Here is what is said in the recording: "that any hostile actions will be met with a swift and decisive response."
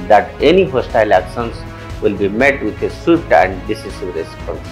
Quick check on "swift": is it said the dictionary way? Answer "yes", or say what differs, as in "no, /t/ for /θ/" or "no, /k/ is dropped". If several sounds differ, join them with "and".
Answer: no, /f/ is dropped